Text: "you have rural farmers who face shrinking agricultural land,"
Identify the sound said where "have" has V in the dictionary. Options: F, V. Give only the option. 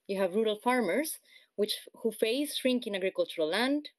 V